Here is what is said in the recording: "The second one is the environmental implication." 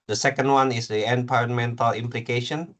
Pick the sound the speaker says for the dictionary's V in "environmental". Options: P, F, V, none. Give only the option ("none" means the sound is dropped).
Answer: P